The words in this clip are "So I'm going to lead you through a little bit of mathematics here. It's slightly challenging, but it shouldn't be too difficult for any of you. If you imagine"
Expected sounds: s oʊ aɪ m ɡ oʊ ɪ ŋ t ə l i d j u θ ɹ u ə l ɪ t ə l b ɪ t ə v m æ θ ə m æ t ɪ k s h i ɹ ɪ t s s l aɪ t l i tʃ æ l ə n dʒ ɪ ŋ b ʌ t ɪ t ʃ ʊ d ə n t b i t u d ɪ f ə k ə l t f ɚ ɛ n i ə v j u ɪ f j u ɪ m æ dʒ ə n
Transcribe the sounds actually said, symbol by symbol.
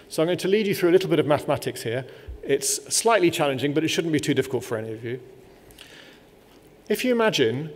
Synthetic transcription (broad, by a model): s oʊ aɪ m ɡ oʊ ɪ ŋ t ə l i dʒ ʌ θ ɹ u ə l ɪ t l b ɪ t ə v m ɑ θ ə m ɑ t ɪ k s h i ɹ ɪ t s s l aɪ t l i tʃ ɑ l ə n dʒ ɪ ŋ b ʌ t ɪ t ʃ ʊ d n b i t u d ɪ f ə k ə l t f ɚ ɛ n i ə v j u ɪ f j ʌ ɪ m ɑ dʒ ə n